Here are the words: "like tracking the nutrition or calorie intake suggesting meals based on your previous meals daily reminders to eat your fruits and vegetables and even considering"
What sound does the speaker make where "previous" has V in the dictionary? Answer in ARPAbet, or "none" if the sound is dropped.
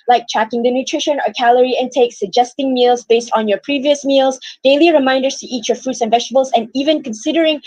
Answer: V